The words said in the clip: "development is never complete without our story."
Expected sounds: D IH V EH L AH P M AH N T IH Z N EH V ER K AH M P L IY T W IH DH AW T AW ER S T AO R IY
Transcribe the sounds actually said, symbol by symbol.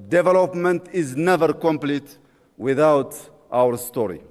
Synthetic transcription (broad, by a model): D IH V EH L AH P M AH N T IH Z N EH V ER K AH M P L IY T W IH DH AW T AW ER S T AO R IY